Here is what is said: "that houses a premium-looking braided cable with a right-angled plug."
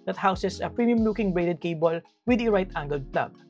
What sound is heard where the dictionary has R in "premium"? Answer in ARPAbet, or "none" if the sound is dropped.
R